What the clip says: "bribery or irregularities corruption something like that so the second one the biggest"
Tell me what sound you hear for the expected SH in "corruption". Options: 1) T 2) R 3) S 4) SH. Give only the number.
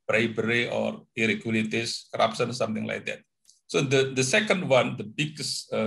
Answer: 3